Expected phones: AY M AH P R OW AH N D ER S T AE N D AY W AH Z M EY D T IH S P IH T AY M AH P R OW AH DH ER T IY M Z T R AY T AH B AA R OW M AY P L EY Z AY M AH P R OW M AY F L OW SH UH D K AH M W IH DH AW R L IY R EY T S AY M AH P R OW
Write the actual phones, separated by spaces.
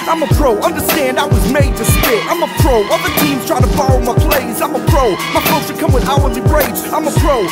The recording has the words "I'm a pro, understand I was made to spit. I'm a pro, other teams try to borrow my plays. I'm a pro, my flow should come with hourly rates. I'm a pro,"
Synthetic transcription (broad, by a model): AY M AH P R OW AH N D ER S T AE N D AY W AH Z M EY D T IH S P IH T AY M AH P R OW AH DH ER T IY M Z T R AY T AH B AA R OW M AY P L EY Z AY M AH P R OW M AY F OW S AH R K AH M W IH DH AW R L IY R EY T AY M AH P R OW